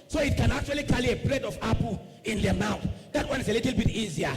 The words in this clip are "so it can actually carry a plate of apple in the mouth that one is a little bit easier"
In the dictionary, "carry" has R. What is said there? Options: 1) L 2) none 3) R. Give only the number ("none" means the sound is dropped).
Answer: 1